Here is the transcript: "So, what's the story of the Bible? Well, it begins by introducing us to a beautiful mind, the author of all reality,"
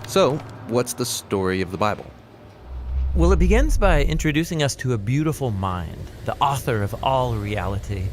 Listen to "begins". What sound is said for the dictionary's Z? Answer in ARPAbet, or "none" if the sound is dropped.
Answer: Z